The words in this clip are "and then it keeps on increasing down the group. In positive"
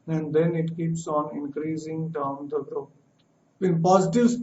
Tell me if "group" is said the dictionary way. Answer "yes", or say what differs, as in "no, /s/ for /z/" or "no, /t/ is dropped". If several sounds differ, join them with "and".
no, /p/ is dropped